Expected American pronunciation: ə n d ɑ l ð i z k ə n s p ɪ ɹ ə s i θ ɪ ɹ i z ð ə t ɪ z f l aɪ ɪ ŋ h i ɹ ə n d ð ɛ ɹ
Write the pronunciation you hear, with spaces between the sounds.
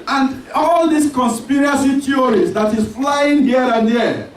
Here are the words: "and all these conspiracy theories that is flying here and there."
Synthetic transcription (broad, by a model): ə n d ɑ l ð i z k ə n s p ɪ ɹ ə s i t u ɹ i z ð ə t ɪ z f l aɪ ɪ ŋ h i ɹ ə n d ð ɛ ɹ